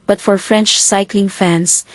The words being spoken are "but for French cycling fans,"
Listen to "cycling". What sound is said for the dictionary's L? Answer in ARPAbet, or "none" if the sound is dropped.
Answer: L